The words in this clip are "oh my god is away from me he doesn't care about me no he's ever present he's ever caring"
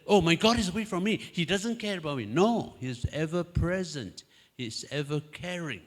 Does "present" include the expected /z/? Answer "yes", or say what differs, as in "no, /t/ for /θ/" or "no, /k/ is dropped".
yes